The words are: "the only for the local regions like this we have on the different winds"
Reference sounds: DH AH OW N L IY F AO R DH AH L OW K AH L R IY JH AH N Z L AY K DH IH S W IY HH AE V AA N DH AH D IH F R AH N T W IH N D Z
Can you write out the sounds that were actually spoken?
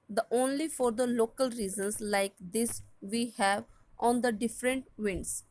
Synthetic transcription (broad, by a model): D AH OW N L IY F AO R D AH L OW K AH L R IY Z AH N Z L AY K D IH S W IY HH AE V AA N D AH D IH F R AH N T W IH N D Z